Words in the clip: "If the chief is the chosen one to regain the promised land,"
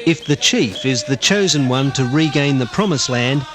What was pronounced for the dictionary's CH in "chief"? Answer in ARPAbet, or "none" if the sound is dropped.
CH